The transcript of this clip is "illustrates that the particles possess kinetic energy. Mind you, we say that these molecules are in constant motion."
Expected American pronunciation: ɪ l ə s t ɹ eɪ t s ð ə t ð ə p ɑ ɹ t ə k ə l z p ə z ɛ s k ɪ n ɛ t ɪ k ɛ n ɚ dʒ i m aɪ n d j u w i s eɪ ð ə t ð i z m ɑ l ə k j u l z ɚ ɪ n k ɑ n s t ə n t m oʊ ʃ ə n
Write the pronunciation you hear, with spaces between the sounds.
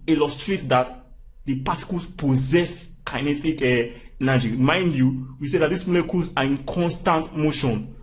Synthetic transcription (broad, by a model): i l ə s t ɹ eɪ t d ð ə t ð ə p ɑ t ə k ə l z p ə z ɛ s k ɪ n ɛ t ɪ k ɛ n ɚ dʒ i m aɪ n d j u w i s eɪ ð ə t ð i s m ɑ l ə k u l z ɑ ɪ n k ɑ n s t ə n t m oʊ ʃ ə n